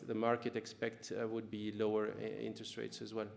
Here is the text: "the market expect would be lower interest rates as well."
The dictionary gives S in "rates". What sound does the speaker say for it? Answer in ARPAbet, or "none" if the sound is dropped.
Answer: S